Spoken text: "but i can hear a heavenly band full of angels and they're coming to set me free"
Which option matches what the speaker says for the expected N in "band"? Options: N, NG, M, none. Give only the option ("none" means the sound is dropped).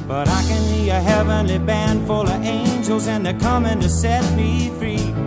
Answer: N